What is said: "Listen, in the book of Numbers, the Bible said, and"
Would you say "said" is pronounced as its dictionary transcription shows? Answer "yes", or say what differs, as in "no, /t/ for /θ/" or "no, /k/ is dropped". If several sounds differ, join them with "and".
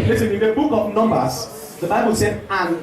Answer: no, /d/ is dropped